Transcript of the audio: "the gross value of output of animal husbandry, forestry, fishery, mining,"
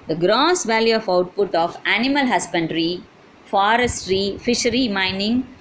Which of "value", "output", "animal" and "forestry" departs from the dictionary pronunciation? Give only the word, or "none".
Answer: none